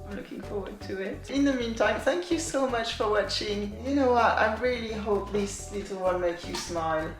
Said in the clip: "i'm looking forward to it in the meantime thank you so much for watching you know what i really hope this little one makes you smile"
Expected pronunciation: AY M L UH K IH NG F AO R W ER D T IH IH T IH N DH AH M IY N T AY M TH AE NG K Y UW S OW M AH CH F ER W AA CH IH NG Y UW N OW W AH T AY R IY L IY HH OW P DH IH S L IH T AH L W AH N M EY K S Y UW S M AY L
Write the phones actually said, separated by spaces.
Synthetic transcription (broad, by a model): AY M L UH K IH NG F AO R W ER D T IH IH T IH N DH AH M IY N T AY M TH AE NG K Y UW S OW M AH CH F ER W AA CH IH NG Y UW N OW W AH T AY R IY L IY HH OW P DH IH S L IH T L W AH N M EY K Y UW S M AY L